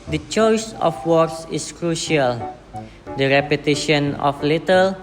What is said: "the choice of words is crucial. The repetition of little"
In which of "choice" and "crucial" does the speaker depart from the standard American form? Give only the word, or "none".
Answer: none